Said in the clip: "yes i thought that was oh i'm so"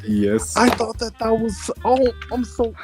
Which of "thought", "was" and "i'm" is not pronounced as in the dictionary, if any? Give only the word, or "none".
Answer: none